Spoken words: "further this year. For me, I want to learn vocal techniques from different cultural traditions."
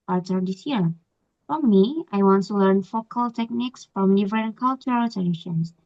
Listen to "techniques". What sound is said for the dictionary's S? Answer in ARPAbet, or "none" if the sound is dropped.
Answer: S